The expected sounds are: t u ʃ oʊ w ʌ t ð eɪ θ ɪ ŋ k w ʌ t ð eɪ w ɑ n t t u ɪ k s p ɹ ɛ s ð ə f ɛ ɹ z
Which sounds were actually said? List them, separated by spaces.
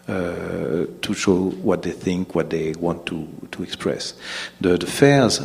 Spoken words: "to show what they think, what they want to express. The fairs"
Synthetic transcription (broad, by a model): t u ʃ oʊ w ʌ t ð eɪ θ ɪ ŋ k w ʌ t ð eɪ w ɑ n t t u ɪ k s p ɹ ɛ s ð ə f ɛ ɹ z